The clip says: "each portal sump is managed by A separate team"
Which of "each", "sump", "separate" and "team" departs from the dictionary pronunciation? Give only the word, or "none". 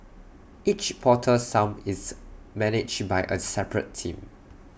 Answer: sump